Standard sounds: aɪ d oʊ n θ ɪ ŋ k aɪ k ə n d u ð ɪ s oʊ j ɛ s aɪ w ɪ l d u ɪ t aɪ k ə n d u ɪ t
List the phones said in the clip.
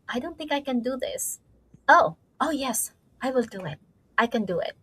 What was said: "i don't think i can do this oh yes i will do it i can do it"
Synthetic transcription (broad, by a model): aɪ d oʊ n θ ɪ ŋ k aɪ k ə n d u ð ɪ s oʊ j ɛ s aɪ w ɪ l d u ɪ t aɪ k ə n d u ɪ t